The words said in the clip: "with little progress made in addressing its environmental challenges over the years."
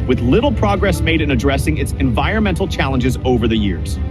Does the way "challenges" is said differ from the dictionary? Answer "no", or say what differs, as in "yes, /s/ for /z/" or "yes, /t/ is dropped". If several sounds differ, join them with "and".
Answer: no